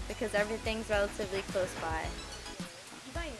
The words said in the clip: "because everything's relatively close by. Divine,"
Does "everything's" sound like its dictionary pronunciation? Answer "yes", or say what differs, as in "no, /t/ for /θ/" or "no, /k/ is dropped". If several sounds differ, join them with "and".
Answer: yes